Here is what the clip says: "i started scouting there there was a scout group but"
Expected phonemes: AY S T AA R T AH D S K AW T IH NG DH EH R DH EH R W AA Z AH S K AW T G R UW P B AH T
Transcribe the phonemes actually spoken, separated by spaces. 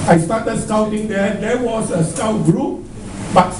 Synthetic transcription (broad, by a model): AY S T AA T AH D S K AW T IH NG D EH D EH W AA S AH S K AW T G R UW P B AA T